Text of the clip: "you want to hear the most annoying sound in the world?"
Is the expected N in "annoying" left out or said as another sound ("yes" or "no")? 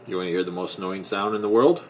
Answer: yes